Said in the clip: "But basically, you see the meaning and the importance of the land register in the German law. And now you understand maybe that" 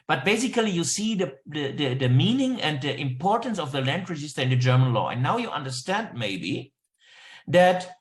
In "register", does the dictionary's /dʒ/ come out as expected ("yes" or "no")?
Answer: no